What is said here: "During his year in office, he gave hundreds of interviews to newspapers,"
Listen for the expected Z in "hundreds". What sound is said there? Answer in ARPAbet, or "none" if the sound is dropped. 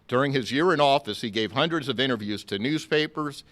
Z